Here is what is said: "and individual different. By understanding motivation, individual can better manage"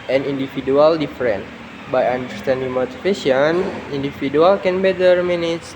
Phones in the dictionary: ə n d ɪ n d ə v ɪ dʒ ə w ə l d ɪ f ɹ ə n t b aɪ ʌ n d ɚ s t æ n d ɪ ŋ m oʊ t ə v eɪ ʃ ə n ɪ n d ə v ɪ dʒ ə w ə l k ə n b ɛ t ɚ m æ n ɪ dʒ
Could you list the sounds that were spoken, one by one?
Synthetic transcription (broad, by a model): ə n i n d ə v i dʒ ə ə l d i f ɹ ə n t b aɪ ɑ n d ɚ s t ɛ n d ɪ ŋ m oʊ t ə f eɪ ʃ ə n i n d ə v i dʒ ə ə l k ə n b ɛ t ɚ m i n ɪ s